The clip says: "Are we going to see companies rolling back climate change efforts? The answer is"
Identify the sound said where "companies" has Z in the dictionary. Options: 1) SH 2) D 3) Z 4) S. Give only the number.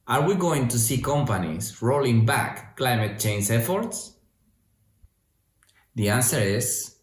4